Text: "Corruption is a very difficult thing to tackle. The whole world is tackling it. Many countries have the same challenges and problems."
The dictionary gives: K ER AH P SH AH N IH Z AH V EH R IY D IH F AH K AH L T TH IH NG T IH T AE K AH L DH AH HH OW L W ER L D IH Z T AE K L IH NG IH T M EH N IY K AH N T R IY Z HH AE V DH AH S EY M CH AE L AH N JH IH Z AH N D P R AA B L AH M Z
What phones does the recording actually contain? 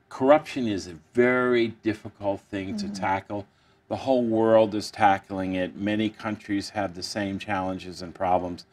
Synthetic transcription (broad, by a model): K ER AH P SH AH N IH Z AH V EH R IY D IH F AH K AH L T TH IH NG T IH T AE K L DH AH HH OW L W ER L D IH Z T AE K L IH NG IH T M EH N IY K AH N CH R IY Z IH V DH AH S EY M CH AE L AH N JH IH Z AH N P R AA B L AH M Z